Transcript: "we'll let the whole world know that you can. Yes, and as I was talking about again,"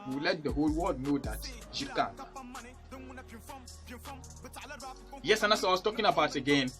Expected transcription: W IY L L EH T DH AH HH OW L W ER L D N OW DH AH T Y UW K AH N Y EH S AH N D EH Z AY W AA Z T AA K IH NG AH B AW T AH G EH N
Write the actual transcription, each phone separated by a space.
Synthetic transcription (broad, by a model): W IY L L EH T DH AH HH OW L W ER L D N OW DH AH T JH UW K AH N Y EH S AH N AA S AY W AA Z T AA K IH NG AH B AW T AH G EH N